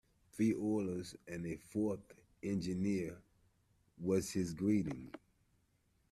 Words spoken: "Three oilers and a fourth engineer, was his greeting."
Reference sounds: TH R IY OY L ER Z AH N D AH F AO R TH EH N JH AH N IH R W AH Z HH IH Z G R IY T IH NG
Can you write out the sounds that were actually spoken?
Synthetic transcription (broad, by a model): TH R IY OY L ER Z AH N AH F AO R TH EH N JH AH N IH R W AH Z HH IH Z G R IY T IH NG